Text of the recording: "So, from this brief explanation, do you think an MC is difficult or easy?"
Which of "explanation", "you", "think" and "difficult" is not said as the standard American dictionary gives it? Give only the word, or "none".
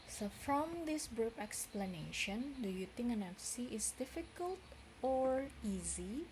think